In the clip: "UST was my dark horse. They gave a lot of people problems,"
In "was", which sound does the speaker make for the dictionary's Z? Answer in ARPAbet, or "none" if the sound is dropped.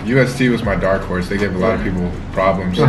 Z